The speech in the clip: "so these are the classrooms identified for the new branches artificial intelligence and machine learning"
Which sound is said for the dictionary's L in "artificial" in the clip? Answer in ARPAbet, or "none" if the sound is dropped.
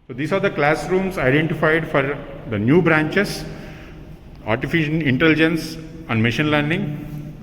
N